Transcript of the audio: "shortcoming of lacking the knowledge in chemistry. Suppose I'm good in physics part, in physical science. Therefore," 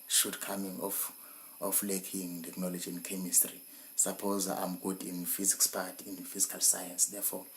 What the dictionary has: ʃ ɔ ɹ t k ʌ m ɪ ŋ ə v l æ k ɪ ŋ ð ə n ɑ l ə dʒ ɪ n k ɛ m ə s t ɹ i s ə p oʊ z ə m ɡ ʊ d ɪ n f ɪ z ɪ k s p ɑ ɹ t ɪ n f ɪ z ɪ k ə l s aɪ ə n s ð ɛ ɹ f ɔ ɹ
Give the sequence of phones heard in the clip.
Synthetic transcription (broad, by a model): ʃ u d k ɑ m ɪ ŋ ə f l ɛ k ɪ ŋ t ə n ɑ l ə dʒ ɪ n k ɛ m ə s t ɹ i s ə p oʊ z ə m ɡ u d ɪ n f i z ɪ k s p ɑ t ɪ n f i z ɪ k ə l s aɪ ə n s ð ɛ f ɔ